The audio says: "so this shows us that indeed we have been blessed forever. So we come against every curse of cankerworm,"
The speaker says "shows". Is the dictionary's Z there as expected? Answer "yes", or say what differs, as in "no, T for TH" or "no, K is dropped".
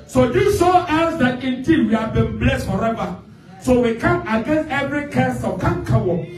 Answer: no, Z is dropped